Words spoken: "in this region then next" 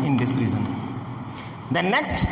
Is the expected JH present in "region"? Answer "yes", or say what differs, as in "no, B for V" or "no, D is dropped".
no, Z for JH